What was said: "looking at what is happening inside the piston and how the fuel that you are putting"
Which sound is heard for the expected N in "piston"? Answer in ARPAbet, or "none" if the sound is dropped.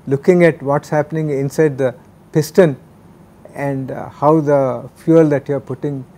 N